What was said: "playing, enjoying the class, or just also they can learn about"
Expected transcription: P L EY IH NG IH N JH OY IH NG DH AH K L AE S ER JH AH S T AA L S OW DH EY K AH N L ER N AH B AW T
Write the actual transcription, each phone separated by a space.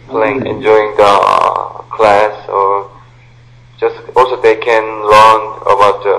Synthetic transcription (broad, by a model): P L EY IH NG IH N JH OY IH NG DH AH K L AE S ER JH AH S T AA L S OW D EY K AH N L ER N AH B AW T